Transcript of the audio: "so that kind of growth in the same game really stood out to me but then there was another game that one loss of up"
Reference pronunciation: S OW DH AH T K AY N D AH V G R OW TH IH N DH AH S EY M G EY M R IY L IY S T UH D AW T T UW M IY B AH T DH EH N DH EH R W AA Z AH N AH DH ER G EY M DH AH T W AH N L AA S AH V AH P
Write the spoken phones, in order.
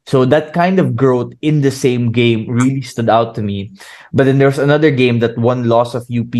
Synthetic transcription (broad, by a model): S OW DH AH T K AY N D AH V G R OW T IH N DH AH S EY M G EY M R IY L IY S T UH D AW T T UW M IY B AH T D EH N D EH R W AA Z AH N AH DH ER G EY M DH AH T W AH N L AA S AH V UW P